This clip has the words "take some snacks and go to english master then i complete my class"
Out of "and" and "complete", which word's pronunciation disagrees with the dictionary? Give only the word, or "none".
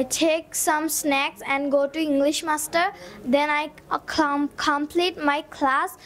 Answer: none